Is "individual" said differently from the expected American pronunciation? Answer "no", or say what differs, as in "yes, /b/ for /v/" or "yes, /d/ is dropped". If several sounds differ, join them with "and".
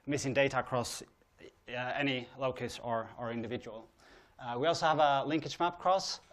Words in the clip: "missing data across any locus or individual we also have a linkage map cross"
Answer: no